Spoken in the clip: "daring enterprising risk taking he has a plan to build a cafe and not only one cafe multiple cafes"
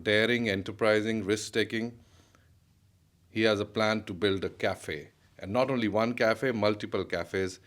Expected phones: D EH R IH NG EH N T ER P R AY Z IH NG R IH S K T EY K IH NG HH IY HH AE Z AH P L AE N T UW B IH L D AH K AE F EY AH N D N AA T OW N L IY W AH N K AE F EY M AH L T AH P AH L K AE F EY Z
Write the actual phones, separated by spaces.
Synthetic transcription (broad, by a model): D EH R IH NG EH N T ER P R AY Z IH NG R IH S K T EY K IH NG HH IY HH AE Z AH P L AE N T UW B IH L D AH K AE F EY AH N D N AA T OW N L IY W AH N K AE F EY M AH L T AH P AH L K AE F EY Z